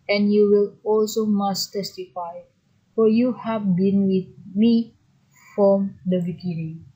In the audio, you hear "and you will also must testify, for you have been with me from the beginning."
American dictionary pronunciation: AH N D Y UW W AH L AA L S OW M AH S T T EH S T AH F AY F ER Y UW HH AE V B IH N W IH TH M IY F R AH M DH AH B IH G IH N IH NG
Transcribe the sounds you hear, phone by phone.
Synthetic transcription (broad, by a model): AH N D Y UW W AH L AA L S OW M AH S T T EH S T AH F AY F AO Y UW HH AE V B IH N W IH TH M IY F R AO M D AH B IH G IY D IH